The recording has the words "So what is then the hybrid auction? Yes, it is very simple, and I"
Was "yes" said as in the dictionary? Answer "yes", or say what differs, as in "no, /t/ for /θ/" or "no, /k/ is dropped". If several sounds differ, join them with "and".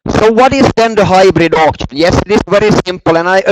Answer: yes